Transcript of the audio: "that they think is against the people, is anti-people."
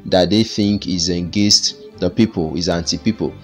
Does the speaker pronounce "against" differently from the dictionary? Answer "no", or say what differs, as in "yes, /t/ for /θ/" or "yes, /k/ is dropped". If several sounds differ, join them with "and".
yes, /n/ is dropped